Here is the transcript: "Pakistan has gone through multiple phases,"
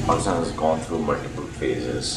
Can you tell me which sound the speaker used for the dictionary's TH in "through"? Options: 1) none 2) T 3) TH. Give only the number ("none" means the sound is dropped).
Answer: 2